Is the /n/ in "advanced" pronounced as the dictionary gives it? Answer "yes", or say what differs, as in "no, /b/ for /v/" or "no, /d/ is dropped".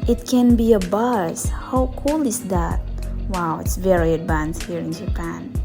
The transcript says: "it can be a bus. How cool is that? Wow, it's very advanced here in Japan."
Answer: yes